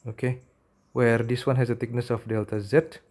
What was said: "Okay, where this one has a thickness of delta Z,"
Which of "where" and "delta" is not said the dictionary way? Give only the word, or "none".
none